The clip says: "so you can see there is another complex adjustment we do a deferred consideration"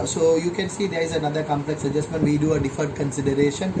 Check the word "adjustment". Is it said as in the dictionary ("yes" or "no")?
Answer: yes